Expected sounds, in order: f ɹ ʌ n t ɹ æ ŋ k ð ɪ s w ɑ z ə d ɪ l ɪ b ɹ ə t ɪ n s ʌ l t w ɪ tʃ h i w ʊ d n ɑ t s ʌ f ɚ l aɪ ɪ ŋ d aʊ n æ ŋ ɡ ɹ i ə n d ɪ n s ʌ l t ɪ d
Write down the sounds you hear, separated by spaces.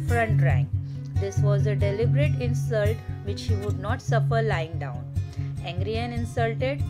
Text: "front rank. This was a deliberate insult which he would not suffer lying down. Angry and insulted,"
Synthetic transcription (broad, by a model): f ɹ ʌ n t ɹ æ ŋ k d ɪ s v ɑ z ə d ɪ l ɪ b ɹ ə t ɪ n s ʌ l t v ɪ tʃ h i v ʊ d n ɑ t s ʌ f ɚ l aɪ ɪ ŋ d aʊ n æ ŋ ɡ ɹ i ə n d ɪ n s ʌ l t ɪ d